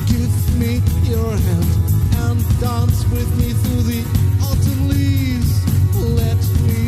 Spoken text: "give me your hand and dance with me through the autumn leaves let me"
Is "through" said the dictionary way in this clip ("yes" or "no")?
yes